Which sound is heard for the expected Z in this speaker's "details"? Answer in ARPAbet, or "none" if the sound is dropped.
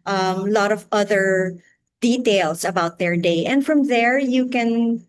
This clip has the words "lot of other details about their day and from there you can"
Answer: S